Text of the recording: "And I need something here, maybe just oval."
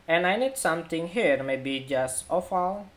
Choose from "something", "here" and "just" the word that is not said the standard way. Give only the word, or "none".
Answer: something